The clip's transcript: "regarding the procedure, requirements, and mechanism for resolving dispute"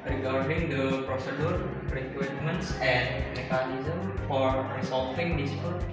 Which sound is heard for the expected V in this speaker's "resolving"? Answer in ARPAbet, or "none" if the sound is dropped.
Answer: F